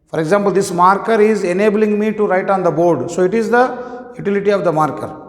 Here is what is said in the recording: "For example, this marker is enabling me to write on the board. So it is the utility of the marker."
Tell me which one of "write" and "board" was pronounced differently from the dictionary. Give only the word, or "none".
none